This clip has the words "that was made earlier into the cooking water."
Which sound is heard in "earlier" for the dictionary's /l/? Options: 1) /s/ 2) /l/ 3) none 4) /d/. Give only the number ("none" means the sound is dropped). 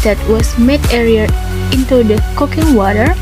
3